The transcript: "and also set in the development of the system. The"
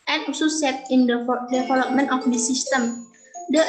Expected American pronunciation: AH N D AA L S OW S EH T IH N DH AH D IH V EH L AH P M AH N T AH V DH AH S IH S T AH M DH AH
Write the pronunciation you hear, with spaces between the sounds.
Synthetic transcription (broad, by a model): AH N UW S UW S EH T IH N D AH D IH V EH L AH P M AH N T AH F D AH S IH S T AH M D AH